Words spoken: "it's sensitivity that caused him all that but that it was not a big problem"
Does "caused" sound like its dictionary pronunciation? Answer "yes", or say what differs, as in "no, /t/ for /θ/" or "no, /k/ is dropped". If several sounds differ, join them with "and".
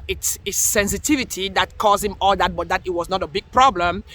no, /d/ is dropped